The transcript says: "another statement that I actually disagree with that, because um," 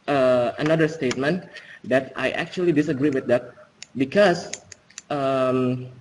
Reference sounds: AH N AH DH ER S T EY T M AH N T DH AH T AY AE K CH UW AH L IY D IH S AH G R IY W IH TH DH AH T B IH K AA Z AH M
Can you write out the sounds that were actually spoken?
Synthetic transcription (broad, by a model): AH N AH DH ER S T EY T M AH N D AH T AY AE K CH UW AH L IY D IH S AH G R IY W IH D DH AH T B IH K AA S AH M